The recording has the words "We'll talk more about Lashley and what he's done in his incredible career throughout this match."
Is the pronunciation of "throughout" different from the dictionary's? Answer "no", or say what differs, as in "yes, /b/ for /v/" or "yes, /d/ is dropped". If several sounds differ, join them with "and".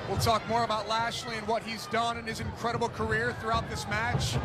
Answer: no